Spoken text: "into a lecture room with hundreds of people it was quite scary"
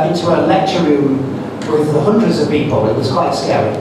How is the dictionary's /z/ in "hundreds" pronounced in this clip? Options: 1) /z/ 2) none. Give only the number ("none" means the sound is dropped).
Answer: 1